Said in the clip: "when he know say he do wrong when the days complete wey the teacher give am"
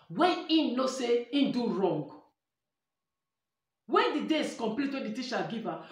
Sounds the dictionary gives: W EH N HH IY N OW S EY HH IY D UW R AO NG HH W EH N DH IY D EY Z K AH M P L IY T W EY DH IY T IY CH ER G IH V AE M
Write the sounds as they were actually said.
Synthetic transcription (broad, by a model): W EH N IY N OW S EY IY D UW R AO NG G W EH N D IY D EY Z K AH M P L IY T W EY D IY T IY SH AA G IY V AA